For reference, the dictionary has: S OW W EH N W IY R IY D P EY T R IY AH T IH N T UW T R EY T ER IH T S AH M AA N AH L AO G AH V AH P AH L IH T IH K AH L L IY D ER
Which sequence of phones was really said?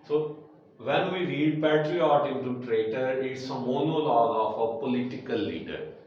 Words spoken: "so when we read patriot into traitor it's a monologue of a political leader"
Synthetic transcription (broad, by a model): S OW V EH N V IY R IY D P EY T R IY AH T IH N T UW T R EY T ER IH T S AH M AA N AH L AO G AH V AH P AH L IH T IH K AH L L IY D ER